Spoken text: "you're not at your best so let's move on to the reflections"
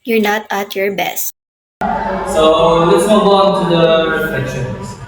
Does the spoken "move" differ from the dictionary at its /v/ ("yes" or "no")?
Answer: yes